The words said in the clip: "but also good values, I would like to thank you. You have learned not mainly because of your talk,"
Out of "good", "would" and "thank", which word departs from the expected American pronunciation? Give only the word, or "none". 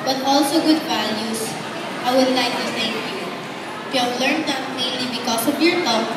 thank